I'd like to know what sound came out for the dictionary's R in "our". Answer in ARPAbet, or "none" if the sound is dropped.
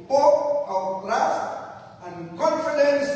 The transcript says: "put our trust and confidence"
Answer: W